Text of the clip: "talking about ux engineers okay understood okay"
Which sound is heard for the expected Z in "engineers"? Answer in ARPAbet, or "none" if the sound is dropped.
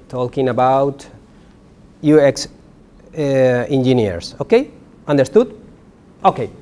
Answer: S